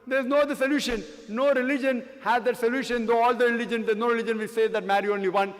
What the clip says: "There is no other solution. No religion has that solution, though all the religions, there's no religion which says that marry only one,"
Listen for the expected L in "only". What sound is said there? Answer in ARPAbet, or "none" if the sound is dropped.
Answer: L